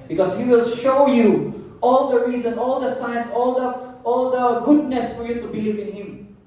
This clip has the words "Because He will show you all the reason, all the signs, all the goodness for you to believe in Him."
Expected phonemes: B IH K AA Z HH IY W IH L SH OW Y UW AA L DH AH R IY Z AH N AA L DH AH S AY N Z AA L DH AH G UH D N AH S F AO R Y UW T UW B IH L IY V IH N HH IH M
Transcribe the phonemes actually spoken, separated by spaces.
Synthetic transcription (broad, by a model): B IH K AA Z HH IY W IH L SH OW Y UW AA L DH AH R IY Z AH N AA L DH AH S AY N S AA L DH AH G UH D N AH S F AO R Y UW T UW B IH L IY V IH N HH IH M